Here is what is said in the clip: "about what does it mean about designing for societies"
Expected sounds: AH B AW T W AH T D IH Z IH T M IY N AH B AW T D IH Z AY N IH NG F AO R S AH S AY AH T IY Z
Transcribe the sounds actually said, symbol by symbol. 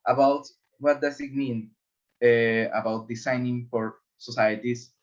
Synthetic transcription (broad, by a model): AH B AW T W AH T D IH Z IH T M IY N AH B AW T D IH S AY N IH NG F AO R S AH S AY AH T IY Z